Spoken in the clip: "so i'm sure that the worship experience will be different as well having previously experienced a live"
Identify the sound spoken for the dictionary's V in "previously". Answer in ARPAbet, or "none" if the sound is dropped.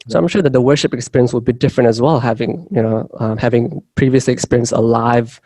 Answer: V